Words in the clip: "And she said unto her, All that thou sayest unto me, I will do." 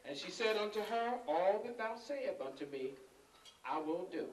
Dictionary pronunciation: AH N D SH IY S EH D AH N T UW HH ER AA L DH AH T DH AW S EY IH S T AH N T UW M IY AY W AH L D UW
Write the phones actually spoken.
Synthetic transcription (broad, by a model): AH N SH IY S EH D AH N T UW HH ER AA L DH AH T DH AW S EY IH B AH N T UW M IY AY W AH N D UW